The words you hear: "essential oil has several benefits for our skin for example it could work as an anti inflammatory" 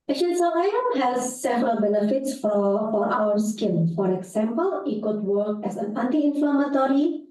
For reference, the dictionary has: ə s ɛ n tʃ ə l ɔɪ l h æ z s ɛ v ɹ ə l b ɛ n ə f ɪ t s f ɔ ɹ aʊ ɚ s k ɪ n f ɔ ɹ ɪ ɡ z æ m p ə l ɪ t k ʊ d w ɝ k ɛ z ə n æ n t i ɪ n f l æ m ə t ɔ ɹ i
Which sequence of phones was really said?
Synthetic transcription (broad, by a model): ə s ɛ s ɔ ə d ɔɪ n h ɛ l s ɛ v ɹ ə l b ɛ n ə f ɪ t s f ɔ ɹ aʊ ɚ s k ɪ l f ɔ ɹ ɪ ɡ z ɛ m p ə l ɪ t k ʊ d w ɝ k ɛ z ə n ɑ n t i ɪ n f l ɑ m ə t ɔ ɹ i